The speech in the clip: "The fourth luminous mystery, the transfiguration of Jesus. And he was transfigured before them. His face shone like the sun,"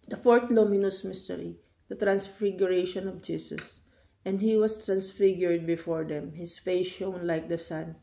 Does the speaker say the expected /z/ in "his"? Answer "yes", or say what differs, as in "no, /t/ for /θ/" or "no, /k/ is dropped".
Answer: no, /s/ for /z/